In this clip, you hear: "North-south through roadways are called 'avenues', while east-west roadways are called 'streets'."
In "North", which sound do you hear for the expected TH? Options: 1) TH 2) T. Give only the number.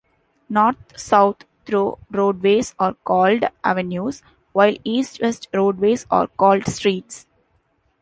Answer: 2